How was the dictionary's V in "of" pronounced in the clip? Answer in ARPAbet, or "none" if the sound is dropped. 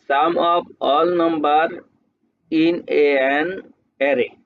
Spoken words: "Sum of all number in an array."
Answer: P